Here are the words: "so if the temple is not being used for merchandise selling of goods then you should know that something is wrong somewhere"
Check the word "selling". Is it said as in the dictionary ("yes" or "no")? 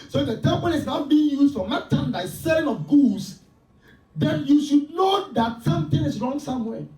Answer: no